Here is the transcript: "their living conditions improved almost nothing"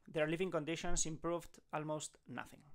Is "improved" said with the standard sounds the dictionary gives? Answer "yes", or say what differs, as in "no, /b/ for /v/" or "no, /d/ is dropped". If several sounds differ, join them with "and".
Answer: yes